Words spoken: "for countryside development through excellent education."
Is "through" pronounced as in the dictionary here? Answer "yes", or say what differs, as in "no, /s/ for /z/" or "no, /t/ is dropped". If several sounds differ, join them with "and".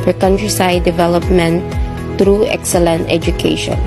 no, /t/ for /θ/